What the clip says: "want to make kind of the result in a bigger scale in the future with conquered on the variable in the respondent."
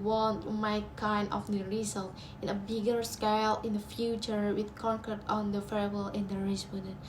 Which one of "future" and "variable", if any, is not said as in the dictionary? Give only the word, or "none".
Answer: variable